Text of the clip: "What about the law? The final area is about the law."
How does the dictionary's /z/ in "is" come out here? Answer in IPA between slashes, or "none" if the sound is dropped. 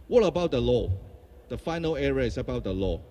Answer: /s/